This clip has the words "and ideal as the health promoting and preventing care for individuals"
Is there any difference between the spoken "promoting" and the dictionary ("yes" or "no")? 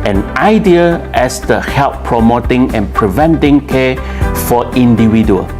no